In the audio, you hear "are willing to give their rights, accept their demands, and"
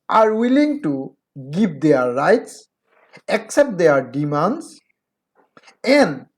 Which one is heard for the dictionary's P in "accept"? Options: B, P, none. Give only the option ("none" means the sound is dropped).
P